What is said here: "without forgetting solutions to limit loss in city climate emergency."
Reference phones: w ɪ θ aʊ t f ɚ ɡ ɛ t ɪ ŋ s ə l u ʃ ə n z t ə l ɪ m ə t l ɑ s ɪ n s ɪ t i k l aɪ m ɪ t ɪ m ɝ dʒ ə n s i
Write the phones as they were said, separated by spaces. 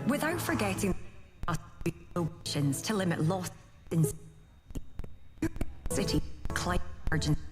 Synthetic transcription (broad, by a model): w ɪ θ aʊ t f ɚ ɡ ɛ t ɪ ŋ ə ɔ ʃ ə n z t ə l ɪ m ə t l ɑ s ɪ n s ɪ t i k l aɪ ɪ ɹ dʒ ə n